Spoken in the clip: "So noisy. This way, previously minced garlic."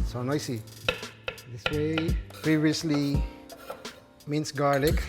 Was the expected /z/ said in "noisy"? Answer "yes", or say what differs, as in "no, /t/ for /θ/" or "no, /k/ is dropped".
no, /s/ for /z/